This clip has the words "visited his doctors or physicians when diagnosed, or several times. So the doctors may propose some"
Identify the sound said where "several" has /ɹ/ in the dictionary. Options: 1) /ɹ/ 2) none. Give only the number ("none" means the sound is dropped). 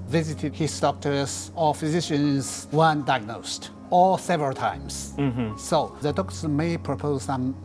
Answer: 1